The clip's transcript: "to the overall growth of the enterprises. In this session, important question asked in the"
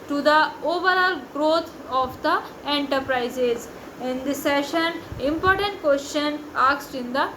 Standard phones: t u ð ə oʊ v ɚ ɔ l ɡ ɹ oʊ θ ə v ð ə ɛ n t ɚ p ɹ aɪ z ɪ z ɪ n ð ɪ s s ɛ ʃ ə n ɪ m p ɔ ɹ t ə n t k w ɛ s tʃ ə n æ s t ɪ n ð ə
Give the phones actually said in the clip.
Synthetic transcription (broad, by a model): t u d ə oʊ v ɚ ɔ l ɡ ɹ oʊ t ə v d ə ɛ n t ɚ p ɹ aɪ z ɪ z ɪ n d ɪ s s ɛ ʃ ə n ɪ m p ɔ ɹ t ə n t k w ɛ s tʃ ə n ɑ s t ɪ n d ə